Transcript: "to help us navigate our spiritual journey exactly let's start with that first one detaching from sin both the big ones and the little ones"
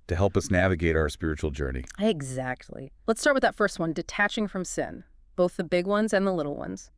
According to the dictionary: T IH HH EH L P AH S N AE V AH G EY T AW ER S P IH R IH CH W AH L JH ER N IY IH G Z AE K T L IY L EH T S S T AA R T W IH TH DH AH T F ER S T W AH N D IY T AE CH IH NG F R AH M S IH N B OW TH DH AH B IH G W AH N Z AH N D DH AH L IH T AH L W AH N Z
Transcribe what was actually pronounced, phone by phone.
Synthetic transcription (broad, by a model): T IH HH EH L P AH S N AE V AH G EY T AW ER S P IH R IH CH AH L JH ER N IY IH G Z AE K T L IY L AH T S S T AA R T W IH DH AH T F ER S T W AH N D IY T AE CH IH NG F R AH M S IH N B OW TH DH AH B IH G W AH N Z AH N DH AH L IH T L W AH N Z